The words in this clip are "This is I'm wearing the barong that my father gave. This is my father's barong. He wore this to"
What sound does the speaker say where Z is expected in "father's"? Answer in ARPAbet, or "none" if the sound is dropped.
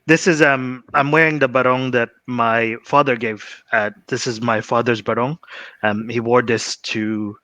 Z